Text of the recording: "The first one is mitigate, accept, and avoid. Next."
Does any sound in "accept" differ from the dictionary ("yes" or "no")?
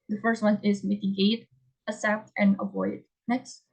yes